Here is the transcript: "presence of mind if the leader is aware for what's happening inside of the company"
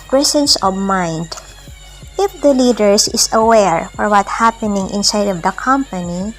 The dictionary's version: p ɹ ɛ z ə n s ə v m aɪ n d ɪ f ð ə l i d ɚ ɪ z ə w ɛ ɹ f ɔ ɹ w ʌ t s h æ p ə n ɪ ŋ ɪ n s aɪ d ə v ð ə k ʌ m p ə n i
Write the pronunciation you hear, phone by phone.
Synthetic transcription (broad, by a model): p ɹ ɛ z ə n s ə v m aɪ n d ɪ f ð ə l i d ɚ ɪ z ə w ɛ ɹ f ɔ ɹ w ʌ t h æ p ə n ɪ ŋ ɪ n s aɪ d ə v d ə k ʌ m p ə n i